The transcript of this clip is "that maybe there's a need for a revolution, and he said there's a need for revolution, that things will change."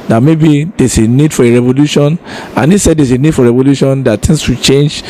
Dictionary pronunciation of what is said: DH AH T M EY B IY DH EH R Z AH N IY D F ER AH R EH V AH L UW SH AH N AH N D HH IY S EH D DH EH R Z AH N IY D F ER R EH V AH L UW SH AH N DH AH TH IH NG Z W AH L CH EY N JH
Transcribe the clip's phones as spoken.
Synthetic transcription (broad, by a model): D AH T M EY B IY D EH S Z AH N IY D F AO AH R EH V AH L UW SH AH N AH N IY S EH D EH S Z AH N IY D F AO R EH V AH L UW SH AH N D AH T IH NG S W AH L CH EY N JH